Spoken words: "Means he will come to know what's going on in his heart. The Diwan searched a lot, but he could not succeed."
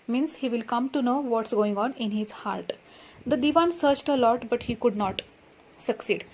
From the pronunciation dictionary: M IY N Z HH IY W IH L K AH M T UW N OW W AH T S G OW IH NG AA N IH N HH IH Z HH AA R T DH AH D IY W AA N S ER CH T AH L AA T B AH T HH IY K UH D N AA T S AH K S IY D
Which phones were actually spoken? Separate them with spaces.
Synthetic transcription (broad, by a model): M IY N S HH IY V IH L K AH M T UW N OW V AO T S G OW IH NG AA N IH N HH IH Z HH AA R T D AH D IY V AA N S ER CH T AH L AA T B AH T HH IY K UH D N AA T S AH K S IY D